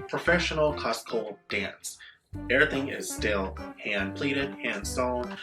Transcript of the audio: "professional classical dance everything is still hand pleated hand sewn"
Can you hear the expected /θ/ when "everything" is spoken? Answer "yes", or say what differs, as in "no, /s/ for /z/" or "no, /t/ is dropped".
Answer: yes